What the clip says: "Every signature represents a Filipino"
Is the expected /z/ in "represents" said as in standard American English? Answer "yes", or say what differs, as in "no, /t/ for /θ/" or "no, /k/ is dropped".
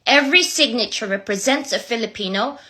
yes